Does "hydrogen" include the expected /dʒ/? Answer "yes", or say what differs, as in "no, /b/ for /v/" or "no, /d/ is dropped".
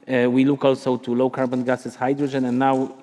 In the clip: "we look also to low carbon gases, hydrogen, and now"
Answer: yes